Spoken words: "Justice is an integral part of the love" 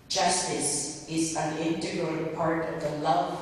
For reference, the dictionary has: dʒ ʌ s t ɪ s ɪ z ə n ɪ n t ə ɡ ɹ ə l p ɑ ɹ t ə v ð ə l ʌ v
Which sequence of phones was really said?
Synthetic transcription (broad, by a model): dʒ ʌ s t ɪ s ɪ z ə n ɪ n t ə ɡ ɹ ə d p ɑ ɹ t ə v ð ə l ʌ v